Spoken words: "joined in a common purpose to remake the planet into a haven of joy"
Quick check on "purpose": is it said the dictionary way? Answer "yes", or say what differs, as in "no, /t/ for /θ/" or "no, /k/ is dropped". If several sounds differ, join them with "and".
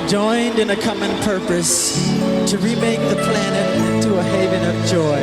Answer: yes